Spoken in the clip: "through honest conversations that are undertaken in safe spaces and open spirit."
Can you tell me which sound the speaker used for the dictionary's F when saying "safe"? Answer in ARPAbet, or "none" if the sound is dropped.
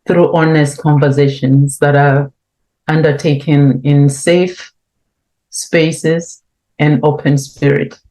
F